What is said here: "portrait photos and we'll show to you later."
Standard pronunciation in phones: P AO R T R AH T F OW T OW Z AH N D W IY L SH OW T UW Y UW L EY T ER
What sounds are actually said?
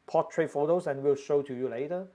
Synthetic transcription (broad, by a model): P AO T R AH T F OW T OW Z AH N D W IY L SH OW T UW Y UW L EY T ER